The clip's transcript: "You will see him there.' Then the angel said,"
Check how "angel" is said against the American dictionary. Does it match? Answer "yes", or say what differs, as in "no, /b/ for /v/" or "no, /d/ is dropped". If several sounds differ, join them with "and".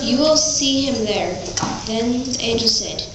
no, /n/ is dropped